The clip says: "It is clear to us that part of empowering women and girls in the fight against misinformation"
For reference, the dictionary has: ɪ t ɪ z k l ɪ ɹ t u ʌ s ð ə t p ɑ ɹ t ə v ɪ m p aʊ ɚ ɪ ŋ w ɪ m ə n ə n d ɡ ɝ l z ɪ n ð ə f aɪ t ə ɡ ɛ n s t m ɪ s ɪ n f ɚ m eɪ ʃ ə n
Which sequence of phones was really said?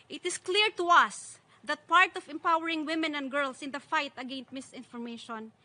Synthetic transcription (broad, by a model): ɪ t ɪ s k l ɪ ɹ t u ʌ s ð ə t p ɑ ɹ t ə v ɪ m p aʊ ɚ ɪ ŋ w ɪ m ə n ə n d ɡ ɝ l s ɪ n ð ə f aɪ t ə ɡ ɛ n s t m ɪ s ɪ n f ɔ m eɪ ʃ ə n